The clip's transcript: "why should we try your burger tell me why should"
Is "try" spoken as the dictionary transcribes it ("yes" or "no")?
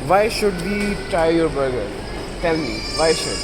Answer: no